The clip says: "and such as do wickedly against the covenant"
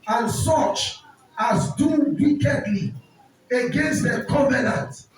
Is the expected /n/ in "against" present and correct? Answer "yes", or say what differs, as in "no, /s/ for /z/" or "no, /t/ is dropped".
yes